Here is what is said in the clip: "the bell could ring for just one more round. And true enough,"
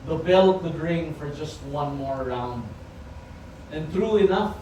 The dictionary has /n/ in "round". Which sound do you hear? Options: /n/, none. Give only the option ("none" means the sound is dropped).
/n/